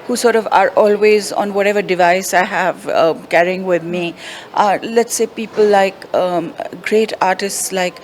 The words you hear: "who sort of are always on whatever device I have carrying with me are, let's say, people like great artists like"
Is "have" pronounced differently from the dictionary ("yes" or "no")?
no